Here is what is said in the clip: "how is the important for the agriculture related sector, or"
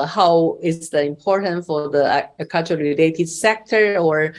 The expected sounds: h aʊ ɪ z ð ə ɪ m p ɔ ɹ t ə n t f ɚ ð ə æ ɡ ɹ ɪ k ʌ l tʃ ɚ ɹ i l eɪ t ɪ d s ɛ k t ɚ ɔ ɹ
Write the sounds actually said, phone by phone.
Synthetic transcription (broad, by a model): h aʊ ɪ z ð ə ɪ m p ɔ ɹ t ə n t f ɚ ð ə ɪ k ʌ tʃ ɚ ɹ i l eɪ t ɪ d s ɛ k t ɚ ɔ ɹ